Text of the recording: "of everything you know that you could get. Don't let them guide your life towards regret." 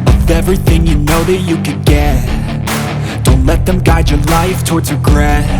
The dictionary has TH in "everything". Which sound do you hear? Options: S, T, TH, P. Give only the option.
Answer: TH